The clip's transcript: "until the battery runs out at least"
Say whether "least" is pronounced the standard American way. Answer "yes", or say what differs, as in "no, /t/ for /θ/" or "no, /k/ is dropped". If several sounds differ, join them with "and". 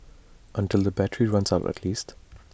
yes